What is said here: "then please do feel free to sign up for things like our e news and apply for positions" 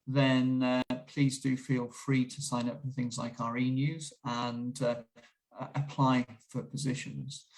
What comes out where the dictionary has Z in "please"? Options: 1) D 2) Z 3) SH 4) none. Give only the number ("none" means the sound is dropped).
2